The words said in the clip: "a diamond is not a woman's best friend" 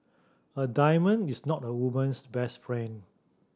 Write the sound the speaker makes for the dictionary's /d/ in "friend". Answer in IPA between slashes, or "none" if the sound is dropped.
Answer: none